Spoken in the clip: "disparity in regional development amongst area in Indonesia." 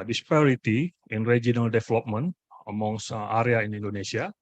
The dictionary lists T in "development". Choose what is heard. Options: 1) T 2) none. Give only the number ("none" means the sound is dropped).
2